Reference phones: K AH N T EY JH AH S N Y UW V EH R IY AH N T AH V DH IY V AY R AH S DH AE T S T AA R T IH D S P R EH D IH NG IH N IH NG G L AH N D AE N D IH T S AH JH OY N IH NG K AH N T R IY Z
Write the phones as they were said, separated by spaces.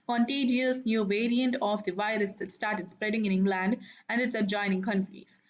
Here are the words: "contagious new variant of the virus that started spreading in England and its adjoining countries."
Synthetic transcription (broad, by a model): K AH N T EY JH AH S N Y UW V EH R IY AH N T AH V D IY V AY R AH S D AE T S T AA R T IH D S P R EH D IH NG IH N IH NG G L AH N D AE N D IH T S AH JH OY N IH NG K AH N T R IY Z